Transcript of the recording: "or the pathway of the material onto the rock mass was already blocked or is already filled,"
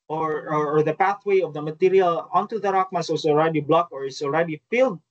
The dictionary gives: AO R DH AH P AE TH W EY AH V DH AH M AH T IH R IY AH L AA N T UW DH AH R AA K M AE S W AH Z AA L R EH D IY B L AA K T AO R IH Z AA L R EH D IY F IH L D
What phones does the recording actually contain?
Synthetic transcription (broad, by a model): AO R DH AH P AE TH W EY AH V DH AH M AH T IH R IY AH L AA N T UW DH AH R AA K M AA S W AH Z AA L R EH D IY B L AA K AO R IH S AA L R EH D IY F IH L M